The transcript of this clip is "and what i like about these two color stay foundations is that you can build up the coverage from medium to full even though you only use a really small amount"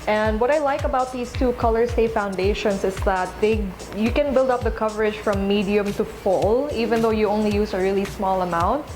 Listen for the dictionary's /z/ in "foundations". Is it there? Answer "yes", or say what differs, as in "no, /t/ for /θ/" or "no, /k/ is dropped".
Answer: no, /s/ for /z/